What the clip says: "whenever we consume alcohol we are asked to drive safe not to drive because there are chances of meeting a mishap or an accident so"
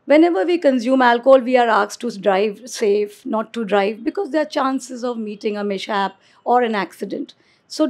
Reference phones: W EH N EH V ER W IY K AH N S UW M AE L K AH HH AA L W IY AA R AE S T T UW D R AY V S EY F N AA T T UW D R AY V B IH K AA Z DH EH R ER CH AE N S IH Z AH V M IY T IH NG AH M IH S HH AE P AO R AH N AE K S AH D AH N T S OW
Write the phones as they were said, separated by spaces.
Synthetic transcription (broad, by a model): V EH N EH V ER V IY K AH N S UW M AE L K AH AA L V IY AA R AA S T T UW D R AY V S EY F N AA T T UW D R AY V B IH K AA Z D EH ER CH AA N S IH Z AH V M IY T IH NG AH M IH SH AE P AO R AH N AE K S AH D AH N T S OW